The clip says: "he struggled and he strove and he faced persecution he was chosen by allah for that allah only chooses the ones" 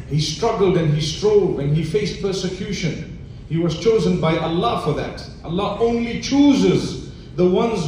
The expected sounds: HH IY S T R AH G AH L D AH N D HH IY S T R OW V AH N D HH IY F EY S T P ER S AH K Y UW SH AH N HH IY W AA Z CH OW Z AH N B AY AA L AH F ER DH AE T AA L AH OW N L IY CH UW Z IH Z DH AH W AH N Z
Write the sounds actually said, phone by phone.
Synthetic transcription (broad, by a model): HH IY S T R AH G AH L D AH N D HH IY S T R OW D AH N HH IY F EY S T P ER S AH K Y UW SH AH N HH IY W AA Z CH OW Z AH N B AY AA L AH F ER DH AE T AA L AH OW N L IY CH UW Z IH Z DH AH W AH N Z